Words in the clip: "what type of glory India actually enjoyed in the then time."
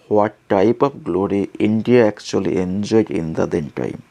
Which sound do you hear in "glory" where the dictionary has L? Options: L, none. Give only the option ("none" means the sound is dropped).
L